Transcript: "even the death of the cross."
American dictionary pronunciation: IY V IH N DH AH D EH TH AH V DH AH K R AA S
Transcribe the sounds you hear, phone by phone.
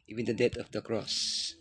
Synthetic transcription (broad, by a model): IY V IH N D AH D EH T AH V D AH K R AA S